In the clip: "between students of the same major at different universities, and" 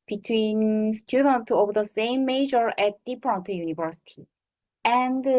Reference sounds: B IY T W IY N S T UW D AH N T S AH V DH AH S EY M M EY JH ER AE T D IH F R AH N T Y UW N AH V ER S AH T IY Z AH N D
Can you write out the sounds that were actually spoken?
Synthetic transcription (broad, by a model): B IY T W IY N S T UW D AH N T AH V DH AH S EY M M EY JH ER AE T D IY P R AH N T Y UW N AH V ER S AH T IY AH N D